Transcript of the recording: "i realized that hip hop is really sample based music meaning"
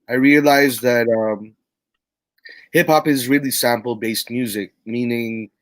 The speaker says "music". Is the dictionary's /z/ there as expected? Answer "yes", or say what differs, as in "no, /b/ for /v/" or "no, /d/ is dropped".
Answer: yes